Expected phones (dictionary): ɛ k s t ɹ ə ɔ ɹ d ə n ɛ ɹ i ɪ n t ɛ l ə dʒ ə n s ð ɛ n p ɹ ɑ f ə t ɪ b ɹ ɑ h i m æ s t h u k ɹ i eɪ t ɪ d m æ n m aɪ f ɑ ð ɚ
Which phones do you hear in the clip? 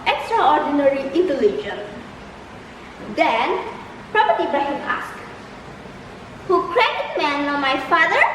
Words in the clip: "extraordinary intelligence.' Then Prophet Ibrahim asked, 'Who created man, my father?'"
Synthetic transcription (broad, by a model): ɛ k s t ɹ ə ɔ ɹ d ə n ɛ ɹ i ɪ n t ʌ l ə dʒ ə n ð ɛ n p ɹ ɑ p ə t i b ɑ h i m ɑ s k h u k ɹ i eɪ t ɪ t m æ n m aɪ f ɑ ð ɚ